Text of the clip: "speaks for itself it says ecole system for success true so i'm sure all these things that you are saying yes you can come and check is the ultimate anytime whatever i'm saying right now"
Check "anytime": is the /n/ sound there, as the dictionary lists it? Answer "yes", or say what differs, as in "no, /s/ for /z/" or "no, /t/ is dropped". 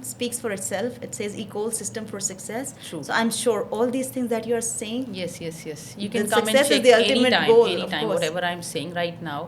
no, /l/ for /n/